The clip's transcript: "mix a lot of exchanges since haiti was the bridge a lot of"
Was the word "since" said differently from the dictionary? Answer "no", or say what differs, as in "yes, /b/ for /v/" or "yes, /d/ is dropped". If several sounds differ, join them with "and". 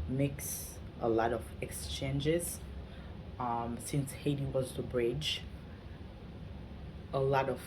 no